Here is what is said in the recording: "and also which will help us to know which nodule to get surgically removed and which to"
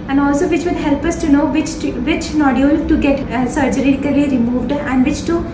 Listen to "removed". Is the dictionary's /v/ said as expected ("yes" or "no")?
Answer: yes